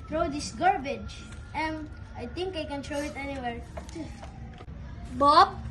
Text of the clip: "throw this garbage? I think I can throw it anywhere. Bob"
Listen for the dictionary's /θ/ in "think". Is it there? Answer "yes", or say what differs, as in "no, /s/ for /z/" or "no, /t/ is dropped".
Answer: no, /t/ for /θ/